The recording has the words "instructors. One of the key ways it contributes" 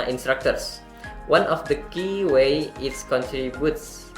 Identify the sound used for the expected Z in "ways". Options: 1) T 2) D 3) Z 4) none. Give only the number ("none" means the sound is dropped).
4